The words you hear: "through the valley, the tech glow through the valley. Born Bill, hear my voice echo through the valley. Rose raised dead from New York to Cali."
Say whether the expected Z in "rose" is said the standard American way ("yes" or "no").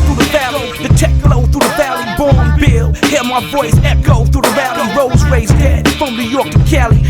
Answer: yes